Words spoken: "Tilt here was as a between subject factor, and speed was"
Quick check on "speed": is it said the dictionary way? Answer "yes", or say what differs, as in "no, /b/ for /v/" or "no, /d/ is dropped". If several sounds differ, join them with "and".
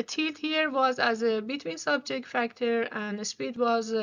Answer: yes